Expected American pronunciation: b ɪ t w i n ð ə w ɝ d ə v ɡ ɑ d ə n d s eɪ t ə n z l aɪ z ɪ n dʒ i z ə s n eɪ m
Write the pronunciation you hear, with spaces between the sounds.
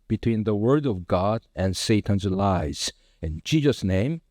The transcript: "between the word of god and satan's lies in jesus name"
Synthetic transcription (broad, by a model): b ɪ t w i n ð ə w ɝ d ə v ɡ ɑ d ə n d s eɪ t ə n z l aɪ z ɪ n dʒ i z ə s n eɪ m